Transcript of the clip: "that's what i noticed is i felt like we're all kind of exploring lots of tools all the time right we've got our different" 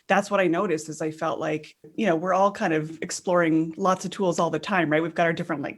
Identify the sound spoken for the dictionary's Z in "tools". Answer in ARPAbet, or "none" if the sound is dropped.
Z